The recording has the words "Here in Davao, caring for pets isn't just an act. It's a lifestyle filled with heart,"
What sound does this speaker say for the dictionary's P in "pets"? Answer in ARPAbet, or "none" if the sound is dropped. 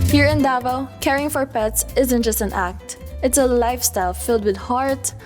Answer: P